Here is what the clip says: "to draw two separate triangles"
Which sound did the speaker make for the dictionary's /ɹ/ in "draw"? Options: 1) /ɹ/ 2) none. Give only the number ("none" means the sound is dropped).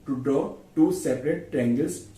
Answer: 2